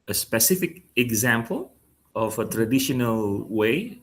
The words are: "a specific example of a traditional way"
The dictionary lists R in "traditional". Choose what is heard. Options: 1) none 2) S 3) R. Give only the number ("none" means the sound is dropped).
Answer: 3